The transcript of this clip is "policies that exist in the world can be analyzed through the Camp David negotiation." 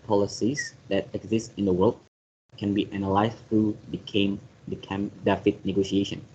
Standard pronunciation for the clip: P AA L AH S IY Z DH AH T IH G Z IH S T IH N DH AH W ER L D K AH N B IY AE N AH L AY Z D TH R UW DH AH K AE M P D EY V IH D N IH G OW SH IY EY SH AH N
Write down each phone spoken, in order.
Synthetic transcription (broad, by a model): P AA L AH S IY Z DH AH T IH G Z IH S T IH N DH AH W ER L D K AH N B IY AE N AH L AY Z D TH R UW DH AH K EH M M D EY F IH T N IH G OW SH IY EY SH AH N